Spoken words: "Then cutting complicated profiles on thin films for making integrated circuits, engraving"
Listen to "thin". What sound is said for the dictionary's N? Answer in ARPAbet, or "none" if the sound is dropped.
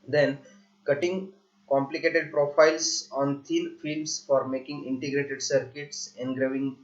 L